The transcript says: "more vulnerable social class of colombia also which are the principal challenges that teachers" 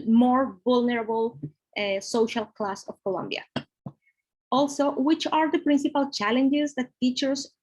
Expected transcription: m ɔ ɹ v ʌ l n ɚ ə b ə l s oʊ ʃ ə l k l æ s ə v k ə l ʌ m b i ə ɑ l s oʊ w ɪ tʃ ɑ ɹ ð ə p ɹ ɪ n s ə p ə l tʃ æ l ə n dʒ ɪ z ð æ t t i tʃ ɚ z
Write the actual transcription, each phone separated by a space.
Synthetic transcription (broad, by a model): m ɔ ɹ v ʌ l n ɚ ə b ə l s oʊ ʃ ə l k l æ s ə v k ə l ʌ m b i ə ɑ l s oʊ w ɪ tʃ ɑ ɹ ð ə p ɹ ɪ n s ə p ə l tʃ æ l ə n dʒ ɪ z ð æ t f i tʃ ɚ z